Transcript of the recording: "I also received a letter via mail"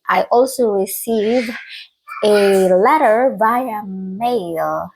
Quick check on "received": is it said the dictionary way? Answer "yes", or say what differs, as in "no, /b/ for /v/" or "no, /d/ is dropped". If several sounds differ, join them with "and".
no, /d/ is dropped